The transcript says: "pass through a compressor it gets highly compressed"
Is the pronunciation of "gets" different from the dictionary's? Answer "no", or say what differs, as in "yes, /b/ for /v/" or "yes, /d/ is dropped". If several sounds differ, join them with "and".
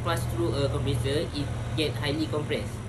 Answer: yes, /s/ is dropped